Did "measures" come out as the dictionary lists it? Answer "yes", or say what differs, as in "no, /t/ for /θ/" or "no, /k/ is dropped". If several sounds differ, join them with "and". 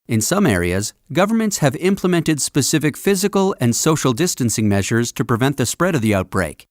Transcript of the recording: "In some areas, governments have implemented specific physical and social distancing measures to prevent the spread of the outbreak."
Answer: yes